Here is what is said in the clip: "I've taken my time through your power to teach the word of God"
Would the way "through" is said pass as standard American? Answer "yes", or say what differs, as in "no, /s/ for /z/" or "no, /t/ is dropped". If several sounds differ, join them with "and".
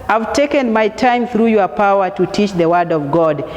yes